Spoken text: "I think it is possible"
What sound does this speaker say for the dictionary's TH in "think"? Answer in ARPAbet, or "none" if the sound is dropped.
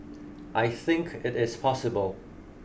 TH